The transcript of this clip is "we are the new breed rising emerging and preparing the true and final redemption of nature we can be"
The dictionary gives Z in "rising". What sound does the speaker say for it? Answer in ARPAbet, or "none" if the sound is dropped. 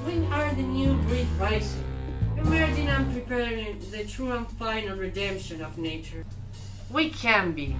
S